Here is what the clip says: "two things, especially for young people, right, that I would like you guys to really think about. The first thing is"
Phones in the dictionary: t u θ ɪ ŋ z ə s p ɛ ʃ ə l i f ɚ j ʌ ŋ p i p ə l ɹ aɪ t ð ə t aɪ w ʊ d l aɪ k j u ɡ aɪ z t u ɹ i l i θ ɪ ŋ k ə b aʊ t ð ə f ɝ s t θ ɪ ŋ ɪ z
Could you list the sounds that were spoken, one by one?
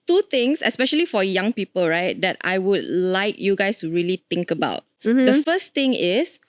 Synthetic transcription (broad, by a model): t u t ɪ ŋ s ə s p ɛ ʃ ə l i f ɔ j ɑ ŋ p i p ə l ɹ aɪ t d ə t aɪ w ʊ d l aɪ k j u ɡ aɪ s t u ɹ i l i t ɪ ŋ k ə b aʊ t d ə f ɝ s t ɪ ŋ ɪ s